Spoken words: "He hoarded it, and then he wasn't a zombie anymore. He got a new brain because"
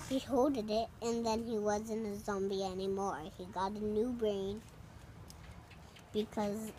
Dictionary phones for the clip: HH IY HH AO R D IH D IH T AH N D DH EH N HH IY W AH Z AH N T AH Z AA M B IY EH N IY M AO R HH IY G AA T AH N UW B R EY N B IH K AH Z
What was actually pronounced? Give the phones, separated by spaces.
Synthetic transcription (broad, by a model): HH IY HH AO L D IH D IH T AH N DH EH N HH IY W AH Z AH N AH Z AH M B IY EH N IY M AO R HH IY G AA T AH N UW B R EY N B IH K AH Z